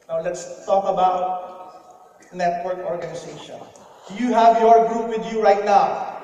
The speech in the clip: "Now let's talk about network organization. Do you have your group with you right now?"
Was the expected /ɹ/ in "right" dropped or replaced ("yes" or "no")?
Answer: no